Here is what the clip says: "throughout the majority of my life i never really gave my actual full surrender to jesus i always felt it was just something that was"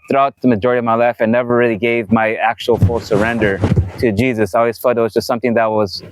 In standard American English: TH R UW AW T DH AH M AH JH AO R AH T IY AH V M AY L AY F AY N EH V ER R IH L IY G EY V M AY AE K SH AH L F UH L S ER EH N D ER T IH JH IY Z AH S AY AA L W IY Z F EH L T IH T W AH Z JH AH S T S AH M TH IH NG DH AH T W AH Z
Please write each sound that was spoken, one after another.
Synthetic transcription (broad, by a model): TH R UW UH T DH AH M AH JH AO R AH T IY AH V M AY L AY F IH N EH V ER R IH L IY G EY V M AY AE K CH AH L F UH L S ER EH N D ER T IH JH IY Z AH S AY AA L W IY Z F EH T IH T W AH Z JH AH S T S AH M TH IH NG DH AH T W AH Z